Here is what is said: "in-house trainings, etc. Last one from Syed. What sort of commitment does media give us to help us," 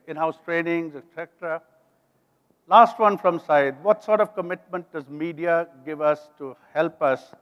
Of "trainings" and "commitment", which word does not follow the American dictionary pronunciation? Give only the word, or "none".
none